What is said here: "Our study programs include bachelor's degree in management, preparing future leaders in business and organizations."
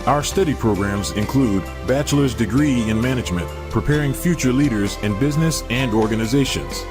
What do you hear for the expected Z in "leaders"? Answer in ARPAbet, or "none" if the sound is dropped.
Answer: Z